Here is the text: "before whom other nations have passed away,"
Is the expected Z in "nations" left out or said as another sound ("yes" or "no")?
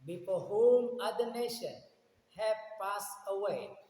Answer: yes